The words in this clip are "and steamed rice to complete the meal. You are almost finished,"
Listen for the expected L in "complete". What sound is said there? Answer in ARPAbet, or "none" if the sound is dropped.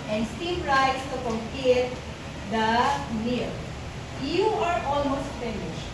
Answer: none